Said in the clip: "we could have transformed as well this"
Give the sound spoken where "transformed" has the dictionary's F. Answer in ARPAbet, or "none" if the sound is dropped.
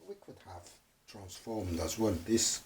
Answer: F